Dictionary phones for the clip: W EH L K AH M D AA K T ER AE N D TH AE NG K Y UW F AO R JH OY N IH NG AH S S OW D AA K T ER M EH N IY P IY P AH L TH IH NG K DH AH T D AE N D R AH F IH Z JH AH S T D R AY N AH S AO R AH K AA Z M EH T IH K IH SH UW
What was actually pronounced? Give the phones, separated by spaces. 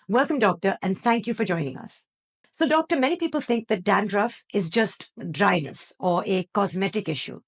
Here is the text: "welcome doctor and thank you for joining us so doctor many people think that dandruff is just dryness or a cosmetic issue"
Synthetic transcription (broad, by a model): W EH L K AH M D AA K T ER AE N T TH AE NG K Y UW F AO R JH OY N IH NG AH S S OW D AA K T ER M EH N IY P IY P AH L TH IH NG K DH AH T D AE N D R AH F IH Z JH AH S T D R AY N AH S AO R AH K AA Z M EH T IH K IH SH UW